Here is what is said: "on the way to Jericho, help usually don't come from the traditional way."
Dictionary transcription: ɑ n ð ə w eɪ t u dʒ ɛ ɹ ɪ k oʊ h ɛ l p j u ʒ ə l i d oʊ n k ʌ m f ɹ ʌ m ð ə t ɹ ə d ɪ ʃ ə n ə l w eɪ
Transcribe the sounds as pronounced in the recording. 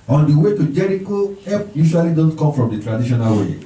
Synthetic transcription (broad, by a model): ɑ n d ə w eɪ t u dʒ ɛ ɹ ɪ k oʊ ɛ p j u ʃ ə l i d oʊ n k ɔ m f ɹ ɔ m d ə t ɹ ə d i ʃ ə n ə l w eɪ